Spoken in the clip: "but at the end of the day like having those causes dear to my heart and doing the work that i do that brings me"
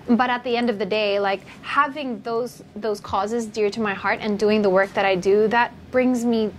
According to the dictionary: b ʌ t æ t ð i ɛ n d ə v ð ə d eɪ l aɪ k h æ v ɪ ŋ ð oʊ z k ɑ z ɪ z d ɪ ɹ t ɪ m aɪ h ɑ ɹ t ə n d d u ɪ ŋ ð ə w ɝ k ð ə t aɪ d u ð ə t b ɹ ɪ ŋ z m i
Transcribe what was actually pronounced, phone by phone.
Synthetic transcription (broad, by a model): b ʌ t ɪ t ð i ɛ n d ə v ð ə d eɪ l aɪ k h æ v ɪ ŋ ð oʊ z k ɑ z ɪ z d ɪ ɹ t ɪ m aɪ h ɑ ɹ t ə n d d u ɪ ŋ ð ə w ɝ k ð ə t aɪ d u ð ə t b ɹ ɪ ŋ z m i